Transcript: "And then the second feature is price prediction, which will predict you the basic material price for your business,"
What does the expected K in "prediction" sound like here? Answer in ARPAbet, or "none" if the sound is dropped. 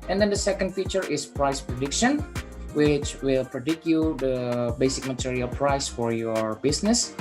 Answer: K